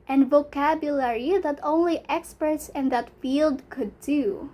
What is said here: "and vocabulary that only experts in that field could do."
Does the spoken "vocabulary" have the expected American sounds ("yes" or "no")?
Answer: yes